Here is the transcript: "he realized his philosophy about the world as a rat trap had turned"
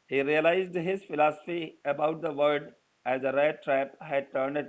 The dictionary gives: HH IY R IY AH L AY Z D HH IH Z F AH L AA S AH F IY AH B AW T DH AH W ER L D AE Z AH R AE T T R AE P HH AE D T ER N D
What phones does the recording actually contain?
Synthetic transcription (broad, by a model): HH IY R IY AH L AY Z D HH IH Z F AH L AA S AH F IY AH B AW T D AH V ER D AE Z AH R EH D T R AE P HH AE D T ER N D